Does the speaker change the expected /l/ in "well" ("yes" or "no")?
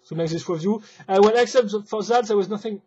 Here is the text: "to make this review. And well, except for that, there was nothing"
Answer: yes